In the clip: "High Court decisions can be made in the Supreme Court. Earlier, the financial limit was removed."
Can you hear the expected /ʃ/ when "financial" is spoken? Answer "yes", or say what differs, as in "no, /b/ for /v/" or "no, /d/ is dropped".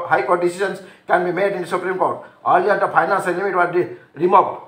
no, /s/ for /ʃ/